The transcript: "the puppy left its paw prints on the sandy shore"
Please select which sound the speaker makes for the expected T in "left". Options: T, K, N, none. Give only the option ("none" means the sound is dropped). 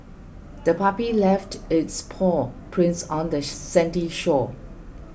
T